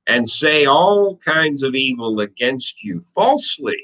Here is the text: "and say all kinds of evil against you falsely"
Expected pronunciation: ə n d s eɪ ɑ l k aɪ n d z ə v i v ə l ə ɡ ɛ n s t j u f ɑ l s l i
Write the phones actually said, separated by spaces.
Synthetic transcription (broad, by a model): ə n s eɪ ɑ l k aɪ n d z ə v i v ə l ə ɡ ɛ n s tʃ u f ɑ l s l i